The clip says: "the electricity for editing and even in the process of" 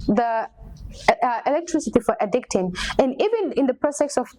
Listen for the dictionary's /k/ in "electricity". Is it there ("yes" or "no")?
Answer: yes